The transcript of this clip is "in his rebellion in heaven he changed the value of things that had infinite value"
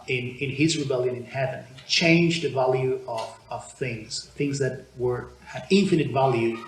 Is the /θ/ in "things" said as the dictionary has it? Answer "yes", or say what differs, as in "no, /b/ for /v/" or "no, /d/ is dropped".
yes